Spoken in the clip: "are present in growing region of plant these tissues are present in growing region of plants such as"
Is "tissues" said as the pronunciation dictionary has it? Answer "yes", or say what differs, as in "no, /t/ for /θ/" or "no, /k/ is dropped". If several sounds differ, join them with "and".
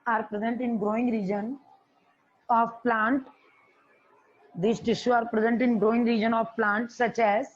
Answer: no, /z/ is dropped